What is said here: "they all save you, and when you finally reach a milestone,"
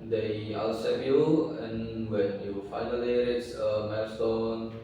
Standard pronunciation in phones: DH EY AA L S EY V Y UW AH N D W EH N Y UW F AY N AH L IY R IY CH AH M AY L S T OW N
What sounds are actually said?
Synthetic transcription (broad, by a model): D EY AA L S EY P Y UW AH N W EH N Y UW F AY N AH L IY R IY S AH M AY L S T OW N